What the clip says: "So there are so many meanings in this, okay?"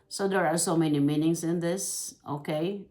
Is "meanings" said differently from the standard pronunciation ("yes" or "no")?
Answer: yes